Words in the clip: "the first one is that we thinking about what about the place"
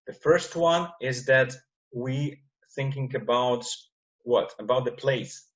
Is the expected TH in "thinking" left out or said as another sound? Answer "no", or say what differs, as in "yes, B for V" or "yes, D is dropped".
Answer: no